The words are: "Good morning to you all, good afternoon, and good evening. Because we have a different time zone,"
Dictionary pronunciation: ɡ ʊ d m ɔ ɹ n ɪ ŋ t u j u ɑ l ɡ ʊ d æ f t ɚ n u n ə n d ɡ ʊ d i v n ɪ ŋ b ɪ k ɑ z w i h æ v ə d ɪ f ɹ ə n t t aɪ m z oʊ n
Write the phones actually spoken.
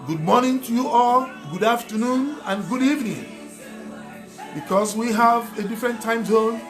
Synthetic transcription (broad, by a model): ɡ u d m ɔ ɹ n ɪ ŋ t u j u ɑ l ɡ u d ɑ f t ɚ n u n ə n ɡ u d i v n ɪ ŋ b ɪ k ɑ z w i h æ v ə d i f ɹ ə n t t aɪ m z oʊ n